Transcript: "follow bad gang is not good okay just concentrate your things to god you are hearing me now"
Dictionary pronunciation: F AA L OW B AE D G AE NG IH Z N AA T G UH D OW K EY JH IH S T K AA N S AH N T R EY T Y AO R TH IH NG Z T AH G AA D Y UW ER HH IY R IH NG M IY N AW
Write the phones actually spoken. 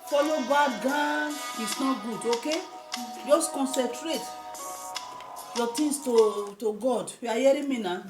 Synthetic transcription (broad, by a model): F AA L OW B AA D G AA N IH S N AA T G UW D OW K EY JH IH S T K AA N S AH N T R EY T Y AO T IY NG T T AH G AA D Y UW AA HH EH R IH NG M IY N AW